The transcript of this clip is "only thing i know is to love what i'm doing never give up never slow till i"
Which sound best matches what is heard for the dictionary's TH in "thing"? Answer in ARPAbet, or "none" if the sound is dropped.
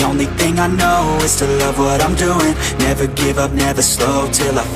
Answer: TH